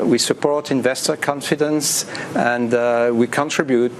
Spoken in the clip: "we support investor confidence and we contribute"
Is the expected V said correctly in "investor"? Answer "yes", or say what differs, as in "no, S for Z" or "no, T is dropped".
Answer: yes